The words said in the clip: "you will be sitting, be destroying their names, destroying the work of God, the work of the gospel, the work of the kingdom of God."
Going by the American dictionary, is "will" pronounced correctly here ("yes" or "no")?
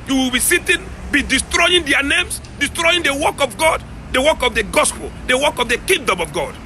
yes